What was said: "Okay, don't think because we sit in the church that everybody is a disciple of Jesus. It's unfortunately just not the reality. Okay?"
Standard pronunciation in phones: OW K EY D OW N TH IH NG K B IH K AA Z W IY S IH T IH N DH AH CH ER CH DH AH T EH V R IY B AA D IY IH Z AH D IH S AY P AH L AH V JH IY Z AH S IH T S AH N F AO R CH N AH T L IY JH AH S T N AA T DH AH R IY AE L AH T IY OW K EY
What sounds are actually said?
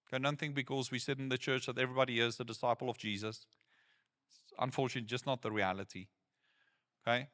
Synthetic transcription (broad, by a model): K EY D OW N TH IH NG B IH K AA Z W IY S IH T IH N DH AH CH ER CH DH AH T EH V R IY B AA D IY IH Z AH D IH S AY P AH L AH V JH IY Z AH S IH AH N F AO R CH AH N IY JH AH S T N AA T DH AH R IY AE L AH T IY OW K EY